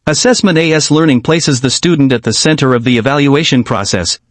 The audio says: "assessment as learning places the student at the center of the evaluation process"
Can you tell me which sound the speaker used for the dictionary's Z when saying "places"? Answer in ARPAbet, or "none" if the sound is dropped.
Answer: Z